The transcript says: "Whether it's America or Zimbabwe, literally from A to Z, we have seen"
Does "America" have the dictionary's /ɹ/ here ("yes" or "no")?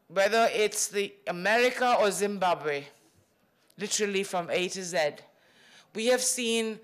yes